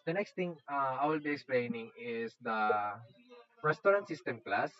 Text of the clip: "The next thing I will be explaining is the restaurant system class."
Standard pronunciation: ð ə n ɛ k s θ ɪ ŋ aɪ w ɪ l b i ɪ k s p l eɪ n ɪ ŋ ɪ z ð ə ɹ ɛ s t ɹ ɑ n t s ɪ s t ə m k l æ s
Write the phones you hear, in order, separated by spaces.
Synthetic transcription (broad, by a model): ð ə n ɛ k s t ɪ ŋ aɪ w ɪ l b i ɪ k s p l eɪ n ɪ ŋ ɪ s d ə ɹ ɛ s t ɹ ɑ n t s ɪ s t ə m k l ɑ s